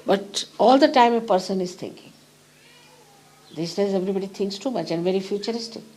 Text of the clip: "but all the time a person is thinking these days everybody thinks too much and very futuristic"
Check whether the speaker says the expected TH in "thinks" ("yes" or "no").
no